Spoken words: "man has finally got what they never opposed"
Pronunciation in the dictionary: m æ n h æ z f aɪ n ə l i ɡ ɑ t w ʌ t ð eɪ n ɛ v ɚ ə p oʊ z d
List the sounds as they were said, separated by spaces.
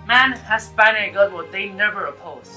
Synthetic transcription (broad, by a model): m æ n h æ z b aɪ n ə i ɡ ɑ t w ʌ ð eɪ n ɛ v ɚ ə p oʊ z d